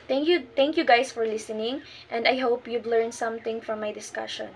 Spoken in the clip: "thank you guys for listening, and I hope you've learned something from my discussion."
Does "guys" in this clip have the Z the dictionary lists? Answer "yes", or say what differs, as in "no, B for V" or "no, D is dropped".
no, S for Z